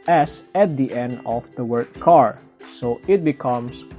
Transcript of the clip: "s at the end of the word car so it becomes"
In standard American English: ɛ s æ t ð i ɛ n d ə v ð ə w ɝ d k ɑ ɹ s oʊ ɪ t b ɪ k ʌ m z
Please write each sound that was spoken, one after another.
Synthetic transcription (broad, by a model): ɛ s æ t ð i ɛ n d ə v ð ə w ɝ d k ɑ ɹ s oʊ ɪ t b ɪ k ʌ m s